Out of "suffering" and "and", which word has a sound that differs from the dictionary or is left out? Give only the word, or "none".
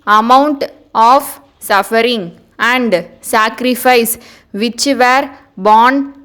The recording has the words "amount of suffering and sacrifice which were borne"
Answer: none